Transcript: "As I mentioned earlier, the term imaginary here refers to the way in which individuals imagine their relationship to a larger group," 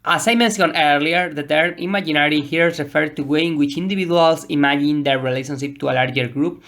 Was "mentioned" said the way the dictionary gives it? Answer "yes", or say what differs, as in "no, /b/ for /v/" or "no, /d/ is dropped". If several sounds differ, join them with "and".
no, /s/ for /ʃ/ and /d/ is dropped